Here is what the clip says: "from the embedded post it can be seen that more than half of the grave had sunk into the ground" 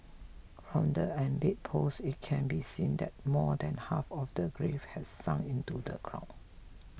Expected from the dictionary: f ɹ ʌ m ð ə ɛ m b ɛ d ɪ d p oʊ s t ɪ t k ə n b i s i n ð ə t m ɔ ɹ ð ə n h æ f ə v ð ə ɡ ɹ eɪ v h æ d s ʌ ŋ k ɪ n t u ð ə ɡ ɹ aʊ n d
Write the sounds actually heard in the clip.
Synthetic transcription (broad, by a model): f ɹ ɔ m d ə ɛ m b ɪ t p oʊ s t ɪ t k ə n b i s i n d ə t m ɔ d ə n h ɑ f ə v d ə ɡ ɹ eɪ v h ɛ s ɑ ŋ ɪ n t u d ə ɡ ɹ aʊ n